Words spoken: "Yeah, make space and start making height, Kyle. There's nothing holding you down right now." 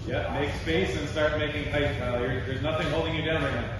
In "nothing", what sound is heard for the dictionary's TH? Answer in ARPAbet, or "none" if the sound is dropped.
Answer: TH